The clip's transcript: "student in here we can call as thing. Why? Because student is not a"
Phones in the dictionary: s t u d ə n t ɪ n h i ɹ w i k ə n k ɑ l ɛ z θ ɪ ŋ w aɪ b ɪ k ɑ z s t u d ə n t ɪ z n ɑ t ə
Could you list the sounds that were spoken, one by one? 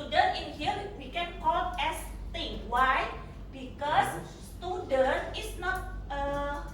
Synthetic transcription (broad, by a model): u d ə n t ɪ n h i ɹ w i k ə n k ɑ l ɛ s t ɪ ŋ w aɪ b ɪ k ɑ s s t u d ə n t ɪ s n ɑ t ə